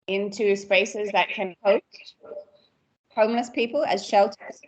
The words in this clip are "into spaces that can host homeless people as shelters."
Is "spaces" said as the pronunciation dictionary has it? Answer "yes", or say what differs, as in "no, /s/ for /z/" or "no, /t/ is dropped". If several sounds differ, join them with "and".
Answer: yes